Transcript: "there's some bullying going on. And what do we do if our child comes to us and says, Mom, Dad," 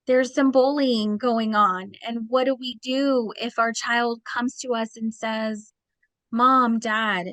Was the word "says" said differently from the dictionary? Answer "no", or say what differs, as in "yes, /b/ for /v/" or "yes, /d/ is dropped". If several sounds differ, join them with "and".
no